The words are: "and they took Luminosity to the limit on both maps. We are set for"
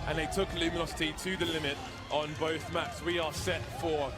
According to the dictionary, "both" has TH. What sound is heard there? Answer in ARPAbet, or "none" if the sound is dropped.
TH